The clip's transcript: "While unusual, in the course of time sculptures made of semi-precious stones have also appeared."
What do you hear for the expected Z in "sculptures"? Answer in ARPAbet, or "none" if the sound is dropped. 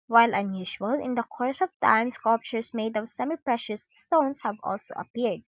S